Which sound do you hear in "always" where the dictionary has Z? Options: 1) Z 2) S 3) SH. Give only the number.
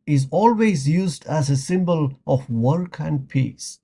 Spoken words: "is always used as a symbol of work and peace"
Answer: 1